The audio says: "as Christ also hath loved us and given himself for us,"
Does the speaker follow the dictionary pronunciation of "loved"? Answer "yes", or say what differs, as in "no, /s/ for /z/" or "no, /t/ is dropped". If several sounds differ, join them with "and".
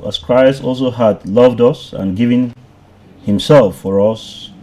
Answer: yes